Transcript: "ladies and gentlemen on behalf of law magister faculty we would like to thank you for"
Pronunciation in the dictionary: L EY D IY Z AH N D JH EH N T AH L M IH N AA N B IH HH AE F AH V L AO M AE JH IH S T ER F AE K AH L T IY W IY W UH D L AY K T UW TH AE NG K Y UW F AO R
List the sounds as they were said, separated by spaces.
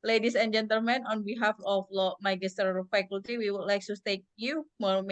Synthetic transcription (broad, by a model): L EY D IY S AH N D JH EH N T AH L M IH N AA N B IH HH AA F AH F L AO M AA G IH S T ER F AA K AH L T IY W IY W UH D L AY K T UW T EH K Y UW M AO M